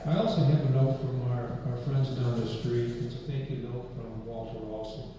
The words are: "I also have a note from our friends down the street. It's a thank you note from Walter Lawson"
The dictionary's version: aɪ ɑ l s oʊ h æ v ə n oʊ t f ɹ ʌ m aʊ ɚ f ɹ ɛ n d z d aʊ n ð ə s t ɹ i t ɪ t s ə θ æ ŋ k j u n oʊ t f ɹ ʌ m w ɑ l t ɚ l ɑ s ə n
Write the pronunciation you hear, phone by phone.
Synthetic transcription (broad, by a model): aɪ ɑ l s oʊ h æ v ə n oʊ t f ɹ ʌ m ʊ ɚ f ɹ ɛ n d z d aʊ n ð ə s t ɹ i t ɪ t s ə θ æ ŋ k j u n oʊ t f ɹ ʌ m w ɑ l t ɚ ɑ s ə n